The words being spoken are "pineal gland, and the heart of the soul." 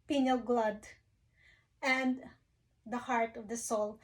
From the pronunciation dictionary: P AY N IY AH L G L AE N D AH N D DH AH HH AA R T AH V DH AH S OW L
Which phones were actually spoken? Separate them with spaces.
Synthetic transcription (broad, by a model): P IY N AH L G L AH D AH N D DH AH HH AA R T AH V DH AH S OW L